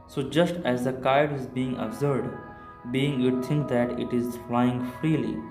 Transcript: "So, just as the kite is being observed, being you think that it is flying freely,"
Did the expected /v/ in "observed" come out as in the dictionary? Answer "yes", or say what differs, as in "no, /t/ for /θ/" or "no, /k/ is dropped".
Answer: no, /v/ is dropped